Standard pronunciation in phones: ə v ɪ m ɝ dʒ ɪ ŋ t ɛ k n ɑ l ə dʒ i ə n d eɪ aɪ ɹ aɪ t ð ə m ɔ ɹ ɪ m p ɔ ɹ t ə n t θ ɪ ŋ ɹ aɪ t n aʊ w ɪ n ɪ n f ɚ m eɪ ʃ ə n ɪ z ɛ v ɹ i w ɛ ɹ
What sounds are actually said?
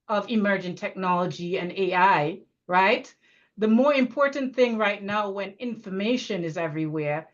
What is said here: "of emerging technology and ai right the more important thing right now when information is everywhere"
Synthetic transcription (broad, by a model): ə v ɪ m ɝ dʒ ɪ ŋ t ɛ k n ɑ l ə dʒ i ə n eɪ aɪ ɹ aɪ t ð ə m ɔ ɹ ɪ m p ɔ ɹ t n θ ɪ ŋ ɹ aɪ t n aʊ w ɪ n ɪ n f ɚ m eɪ ʃ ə n ɪ z ɛ v ɹ i w ɛ ɹ